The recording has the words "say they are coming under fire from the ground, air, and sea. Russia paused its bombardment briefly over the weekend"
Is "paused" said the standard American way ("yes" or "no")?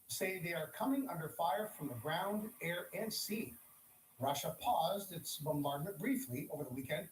yes